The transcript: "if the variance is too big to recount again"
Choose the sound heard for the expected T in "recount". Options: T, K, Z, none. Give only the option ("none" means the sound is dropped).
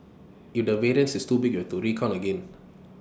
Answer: none